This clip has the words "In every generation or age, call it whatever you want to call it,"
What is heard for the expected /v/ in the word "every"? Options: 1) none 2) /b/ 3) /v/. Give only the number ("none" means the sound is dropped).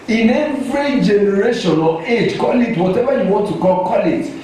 3